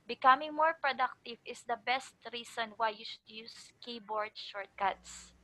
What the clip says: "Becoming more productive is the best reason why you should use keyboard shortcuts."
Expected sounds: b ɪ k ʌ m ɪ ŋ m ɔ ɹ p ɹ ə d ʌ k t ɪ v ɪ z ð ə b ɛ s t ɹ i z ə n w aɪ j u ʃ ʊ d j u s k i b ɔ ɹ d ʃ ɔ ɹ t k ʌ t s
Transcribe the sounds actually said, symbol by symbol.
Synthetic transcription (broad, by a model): b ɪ k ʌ m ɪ ŋ m ɔ ɹ p ɹ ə d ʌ k t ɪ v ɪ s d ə b ɛ s t ɹ i s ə n w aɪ j u ʃ ʊ d j u s k i b ɔ ɹ d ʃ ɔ ɹ t k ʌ t s